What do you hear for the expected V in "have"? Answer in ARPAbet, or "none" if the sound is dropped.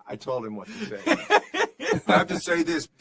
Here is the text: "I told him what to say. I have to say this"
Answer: F